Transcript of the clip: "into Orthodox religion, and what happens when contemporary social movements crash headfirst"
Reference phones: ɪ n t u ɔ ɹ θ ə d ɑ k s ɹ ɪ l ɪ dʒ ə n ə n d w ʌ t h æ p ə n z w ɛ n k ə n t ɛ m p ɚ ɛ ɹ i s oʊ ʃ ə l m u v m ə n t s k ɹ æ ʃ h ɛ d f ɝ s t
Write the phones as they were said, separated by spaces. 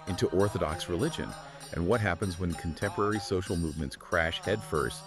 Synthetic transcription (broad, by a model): ɪ n t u ɔ ɹ θ ə d ɑ k s ɹ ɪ l ɪ dʒ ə n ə n w ʌ t h æ p ə n z w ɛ n k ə n t ɛ m p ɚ ɛ ɹ i s oʊ ʃ l m u v m ə n t s k ɹ æ ʃ h ɛ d f ɝ s t